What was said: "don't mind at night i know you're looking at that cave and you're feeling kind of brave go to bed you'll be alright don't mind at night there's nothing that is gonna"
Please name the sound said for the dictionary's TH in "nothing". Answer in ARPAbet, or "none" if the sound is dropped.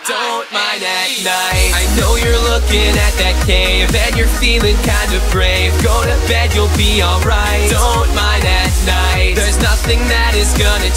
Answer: TH